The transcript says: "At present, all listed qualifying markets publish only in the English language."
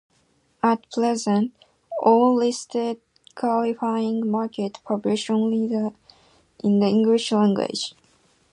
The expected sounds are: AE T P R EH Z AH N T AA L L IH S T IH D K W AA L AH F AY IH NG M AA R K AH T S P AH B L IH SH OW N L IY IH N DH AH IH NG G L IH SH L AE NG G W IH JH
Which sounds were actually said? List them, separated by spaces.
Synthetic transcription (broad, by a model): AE T P L EH Z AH N T AA L L IH S T IH D K W AA L AH F AY IH NG M AA R K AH T P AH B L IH SH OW N L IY IH N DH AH IH NG G L IH SH L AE NG G W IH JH